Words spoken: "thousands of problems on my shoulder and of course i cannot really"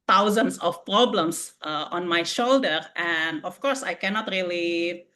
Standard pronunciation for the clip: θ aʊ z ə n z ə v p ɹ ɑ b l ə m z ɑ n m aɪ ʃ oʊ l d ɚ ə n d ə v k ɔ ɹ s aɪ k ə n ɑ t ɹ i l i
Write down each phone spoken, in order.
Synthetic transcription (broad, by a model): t aʊ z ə n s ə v p ɹ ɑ b l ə m s ɑ n m aɪ ʃ oʊ l d ɚ ə n d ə f k ɔ ɹ s aɪ k ə n ɑ t ɹ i l i